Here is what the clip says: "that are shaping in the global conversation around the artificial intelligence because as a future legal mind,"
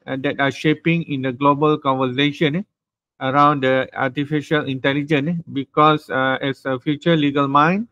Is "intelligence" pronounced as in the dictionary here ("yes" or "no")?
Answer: no